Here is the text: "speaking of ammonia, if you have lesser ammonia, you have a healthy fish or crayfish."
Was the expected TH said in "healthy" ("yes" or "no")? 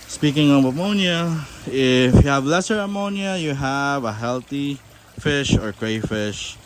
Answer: no